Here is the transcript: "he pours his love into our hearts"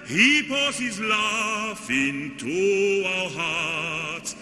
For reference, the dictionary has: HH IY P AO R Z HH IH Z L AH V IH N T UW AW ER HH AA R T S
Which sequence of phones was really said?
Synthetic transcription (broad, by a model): HH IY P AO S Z HH IH Z L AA F IH N T UW AW ER HH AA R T S